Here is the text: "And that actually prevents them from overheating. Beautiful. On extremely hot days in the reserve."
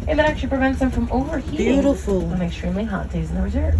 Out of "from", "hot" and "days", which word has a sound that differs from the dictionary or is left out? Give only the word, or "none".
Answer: none